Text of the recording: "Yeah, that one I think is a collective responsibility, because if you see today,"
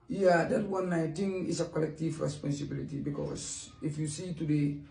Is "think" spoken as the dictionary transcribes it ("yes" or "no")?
no